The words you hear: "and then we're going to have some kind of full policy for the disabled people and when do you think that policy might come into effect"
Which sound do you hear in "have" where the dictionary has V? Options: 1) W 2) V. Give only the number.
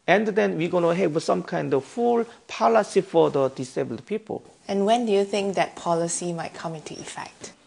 1